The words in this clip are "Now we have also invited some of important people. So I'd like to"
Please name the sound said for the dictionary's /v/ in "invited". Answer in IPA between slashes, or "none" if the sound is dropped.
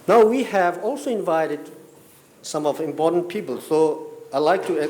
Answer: /v/